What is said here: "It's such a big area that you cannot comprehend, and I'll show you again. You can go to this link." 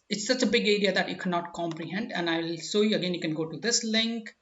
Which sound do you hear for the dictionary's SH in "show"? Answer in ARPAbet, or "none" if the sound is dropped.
S